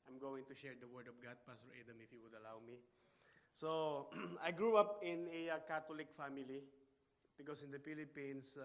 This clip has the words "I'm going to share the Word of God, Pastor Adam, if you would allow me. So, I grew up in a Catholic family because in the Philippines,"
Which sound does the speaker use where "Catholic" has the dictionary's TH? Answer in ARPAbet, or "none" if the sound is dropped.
T